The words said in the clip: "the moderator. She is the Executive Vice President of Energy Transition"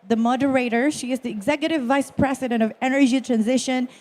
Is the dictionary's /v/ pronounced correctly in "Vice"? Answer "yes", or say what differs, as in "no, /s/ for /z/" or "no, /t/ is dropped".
yes